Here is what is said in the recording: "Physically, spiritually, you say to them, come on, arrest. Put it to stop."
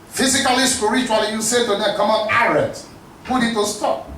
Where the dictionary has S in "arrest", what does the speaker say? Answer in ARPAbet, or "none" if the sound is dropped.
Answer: none